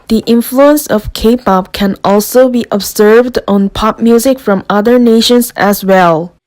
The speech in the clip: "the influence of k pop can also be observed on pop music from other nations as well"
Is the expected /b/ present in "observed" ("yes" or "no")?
yes